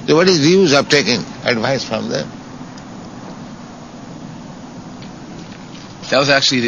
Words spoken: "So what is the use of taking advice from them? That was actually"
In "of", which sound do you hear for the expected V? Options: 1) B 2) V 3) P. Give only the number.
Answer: 3